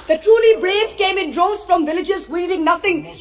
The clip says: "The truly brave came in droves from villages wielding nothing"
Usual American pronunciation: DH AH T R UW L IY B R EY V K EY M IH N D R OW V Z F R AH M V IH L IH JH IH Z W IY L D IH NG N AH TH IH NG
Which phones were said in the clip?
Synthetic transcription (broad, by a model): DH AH T R UW L IY B R EY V K EY M IH N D R OW Z F R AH M V IH L IH JH IH Z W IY D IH NG N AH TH IH NG